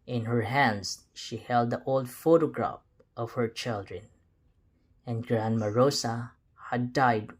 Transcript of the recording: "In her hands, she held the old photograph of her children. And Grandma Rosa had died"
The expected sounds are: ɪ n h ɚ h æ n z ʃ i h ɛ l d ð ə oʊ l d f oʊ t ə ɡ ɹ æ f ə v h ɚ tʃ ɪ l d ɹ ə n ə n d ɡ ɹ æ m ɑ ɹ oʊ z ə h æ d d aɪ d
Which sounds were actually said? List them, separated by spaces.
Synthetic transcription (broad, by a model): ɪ n h ɚ h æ n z ʃ i h ɛ l d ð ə oʊ l d f oʊ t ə ɡ ɹ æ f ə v h ɚ tʃ ɪ l d ɹ ə n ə n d ɡ ɹ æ m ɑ ɹ oʊ s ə h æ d d aɪ d